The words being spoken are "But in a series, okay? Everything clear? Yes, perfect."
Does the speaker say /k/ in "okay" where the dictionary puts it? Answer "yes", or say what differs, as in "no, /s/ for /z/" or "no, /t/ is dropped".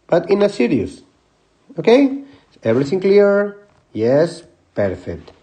yes